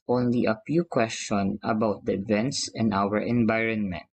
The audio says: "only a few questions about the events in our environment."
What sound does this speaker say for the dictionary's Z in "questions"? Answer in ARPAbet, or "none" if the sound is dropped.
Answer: none